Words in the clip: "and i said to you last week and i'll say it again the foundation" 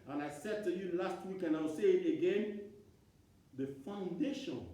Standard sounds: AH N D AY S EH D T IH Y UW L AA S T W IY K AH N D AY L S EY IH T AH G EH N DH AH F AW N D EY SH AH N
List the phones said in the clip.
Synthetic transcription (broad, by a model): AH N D AY S EH D T IH Y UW L AA S T W IY K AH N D AY W S EY IH T AH G EH N DH AH F AW N D EY SH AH N